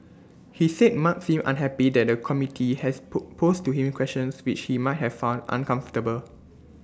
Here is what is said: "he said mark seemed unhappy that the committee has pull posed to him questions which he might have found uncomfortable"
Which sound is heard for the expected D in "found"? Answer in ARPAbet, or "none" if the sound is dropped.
D